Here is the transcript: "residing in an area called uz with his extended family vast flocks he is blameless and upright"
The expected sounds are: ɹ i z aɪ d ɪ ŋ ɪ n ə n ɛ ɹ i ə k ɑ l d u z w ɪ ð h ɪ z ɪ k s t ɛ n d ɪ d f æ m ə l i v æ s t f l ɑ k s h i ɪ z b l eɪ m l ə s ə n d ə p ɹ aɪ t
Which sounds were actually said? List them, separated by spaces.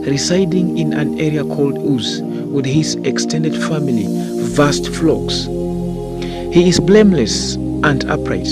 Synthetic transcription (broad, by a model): ɹ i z aɪ d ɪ ŋ ɪ n ə n ɛ ɹ i ə k ɑ l d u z w ɪ ð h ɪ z ɪ k s t ɛ n d ɪ d f æ m ə l i v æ s t f l ɑ k s h i ɪ z b l eɪ m l ə s ə n d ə p ɹ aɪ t